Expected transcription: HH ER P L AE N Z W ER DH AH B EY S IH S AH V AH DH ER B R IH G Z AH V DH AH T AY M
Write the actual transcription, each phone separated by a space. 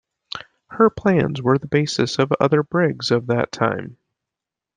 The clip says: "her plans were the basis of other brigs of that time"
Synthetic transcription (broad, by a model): HH ER P L AE N Z W ER DH AH B EY S IH S AH V AH DH ER B R IH G Z AH V DH AH T AY M